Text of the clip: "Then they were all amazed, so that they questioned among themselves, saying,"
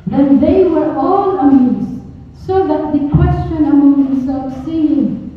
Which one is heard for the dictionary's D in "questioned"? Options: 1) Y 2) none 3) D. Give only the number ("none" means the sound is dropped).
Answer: 2